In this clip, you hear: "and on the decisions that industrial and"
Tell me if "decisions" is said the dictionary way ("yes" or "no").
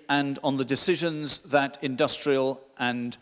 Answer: yes